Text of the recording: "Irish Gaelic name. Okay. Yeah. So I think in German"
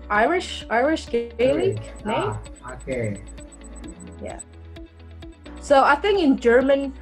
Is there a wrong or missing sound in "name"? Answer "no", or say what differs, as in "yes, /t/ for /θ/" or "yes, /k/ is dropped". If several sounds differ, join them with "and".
yes, /m/ is dropped